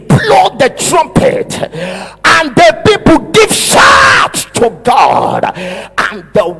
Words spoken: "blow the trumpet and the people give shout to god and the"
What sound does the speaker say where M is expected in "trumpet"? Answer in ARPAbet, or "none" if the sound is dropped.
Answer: M